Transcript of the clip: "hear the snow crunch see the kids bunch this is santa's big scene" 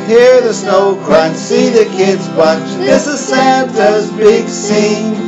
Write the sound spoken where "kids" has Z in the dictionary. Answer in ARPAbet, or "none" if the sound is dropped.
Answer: Z